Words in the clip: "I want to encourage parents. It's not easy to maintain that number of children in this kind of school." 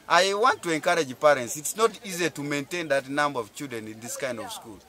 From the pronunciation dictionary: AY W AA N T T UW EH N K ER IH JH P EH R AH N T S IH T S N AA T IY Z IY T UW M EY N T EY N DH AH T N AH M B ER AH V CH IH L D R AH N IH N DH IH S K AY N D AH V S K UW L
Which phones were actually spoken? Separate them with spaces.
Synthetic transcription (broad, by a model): AY W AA N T T UW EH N K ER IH JH P EH R AH N T S IH T S N AA T IY Z IY T UW M EY N T EY N DH AH T N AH M B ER AH V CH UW D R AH N IH N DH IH S K AY N D AH V S K UW L